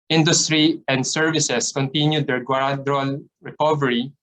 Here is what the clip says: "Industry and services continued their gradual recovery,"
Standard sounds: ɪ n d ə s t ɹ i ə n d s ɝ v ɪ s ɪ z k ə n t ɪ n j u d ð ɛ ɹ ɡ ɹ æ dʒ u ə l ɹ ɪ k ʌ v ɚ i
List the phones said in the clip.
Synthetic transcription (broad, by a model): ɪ n d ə s t ɹ i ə n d s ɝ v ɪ s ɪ s k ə n t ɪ n j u d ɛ ɹ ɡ w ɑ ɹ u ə l ɹ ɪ k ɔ v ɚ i